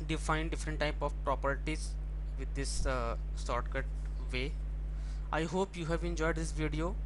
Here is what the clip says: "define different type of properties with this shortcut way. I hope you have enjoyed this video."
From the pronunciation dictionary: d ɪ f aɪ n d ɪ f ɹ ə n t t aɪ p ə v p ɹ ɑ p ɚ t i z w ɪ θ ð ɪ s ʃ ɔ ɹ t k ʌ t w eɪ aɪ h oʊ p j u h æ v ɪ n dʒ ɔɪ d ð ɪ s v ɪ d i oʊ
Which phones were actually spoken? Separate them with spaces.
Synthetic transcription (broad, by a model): d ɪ f aɪ n d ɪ f ɹ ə n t t aɪ p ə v p ɹ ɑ p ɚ t i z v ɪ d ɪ s s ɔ ɹ t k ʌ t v eɪ aɪ h oʊ p j u h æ v ɪ n dʒ ɔɪ d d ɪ s v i d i oʊ